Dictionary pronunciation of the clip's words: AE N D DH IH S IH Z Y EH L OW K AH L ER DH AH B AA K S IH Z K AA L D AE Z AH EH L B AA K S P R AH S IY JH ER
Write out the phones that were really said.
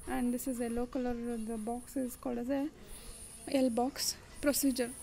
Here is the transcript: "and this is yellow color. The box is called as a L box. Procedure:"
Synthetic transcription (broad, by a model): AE N D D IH S IH Z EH L OW K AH L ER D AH B AA K S IH Z K AA L D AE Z AH EH L B AA K S P R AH S IY JH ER